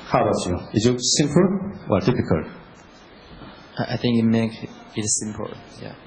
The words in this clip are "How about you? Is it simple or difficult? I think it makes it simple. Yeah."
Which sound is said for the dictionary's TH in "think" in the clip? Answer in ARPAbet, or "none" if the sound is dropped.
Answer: TH